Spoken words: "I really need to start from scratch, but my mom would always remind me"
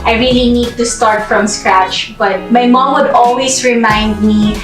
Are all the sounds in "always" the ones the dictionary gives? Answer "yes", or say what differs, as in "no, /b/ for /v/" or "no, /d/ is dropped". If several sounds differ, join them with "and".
no, /s/ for /z/